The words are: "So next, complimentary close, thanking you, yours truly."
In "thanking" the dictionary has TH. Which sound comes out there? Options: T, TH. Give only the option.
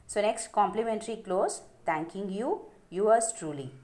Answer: T